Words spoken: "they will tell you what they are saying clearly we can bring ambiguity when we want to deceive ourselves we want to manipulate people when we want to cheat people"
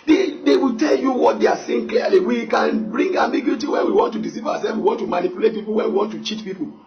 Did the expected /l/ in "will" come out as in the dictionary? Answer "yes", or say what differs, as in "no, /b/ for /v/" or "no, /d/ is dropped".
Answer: no, /w/ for /l/